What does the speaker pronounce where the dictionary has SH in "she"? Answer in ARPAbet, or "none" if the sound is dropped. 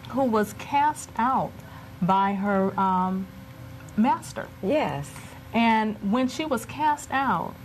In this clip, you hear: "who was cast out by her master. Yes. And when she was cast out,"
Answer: SH